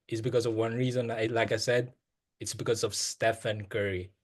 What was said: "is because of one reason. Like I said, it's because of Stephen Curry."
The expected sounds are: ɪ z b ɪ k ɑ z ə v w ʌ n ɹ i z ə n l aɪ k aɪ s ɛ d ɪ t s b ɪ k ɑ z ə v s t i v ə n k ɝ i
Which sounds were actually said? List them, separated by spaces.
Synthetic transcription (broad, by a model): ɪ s b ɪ k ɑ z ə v w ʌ n ɹ i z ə n l aɪ k aɪ s ɛ d ɪ t s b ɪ k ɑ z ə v s t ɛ f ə n k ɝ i